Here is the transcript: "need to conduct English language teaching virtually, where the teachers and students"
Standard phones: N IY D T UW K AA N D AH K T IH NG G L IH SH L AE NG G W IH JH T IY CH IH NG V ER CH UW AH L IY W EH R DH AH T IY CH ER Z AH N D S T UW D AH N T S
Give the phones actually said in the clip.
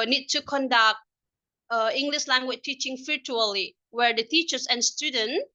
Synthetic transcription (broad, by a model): N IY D T UW K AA N D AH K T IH NG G L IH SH L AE NG G W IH CH T IY CH IH NG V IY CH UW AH L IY W EH R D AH T IY CH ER S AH N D S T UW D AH N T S